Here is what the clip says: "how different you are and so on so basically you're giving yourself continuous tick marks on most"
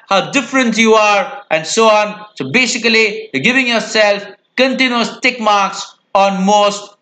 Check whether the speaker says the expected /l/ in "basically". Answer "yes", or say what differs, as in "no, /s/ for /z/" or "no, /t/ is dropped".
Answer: no, /l/ is dropped